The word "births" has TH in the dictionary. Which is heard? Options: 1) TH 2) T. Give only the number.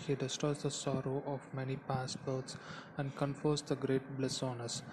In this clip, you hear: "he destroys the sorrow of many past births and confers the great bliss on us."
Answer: 2